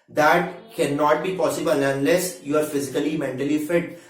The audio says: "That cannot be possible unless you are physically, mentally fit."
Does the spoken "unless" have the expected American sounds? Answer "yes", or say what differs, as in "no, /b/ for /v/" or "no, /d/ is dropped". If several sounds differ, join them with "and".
yes